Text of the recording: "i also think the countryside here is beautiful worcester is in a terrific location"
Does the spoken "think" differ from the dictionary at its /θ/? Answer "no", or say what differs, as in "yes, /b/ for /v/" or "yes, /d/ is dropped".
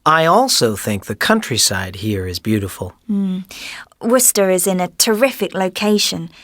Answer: no